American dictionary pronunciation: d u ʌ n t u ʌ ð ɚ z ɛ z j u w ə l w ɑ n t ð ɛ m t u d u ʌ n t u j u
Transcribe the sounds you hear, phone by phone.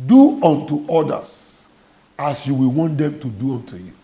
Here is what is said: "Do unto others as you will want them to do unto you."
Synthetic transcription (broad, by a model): d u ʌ n t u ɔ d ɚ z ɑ s j u w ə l w ɑ n t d ɛ m t u d u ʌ n t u j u